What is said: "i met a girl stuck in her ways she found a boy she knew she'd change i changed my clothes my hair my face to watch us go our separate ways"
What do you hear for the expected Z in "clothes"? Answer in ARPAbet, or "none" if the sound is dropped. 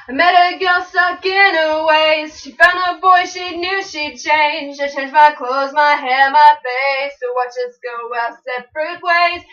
Z